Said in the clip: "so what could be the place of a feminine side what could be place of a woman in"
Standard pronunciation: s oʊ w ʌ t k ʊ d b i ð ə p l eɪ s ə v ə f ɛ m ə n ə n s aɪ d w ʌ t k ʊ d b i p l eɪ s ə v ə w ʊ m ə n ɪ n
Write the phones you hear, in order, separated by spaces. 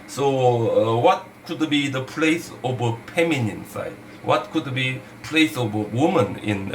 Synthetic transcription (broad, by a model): s oʊ w ʌ t k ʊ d b i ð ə p l eɪ s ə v ə p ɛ m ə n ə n s aɪ d w ʌ t k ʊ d b i p l eɪ s ə v ə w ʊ m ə n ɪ n